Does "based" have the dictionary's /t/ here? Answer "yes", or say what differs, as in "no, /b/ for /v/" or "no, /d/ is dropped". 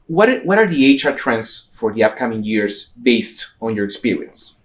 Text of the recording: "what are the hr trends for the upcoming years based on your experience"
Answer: yes